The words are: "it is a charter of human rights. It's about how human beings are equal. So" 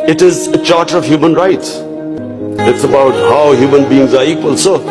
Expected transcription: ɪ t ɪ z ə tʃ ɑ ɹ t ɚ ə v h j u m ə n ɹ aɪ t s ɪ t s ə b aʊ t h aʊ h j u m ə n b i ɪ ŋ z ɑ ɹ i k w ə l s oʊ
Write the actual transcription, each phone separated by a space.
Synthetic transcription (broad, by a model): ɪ t ɪ z ə tʃ ɑ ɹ t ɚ ə v h j u m ə n ɹ aɪ t s ɪ t s ə b aʊ t h aʊ h j u m ə n b i ɪ ŋ z ɑ ɹ i k w ə l s oʊ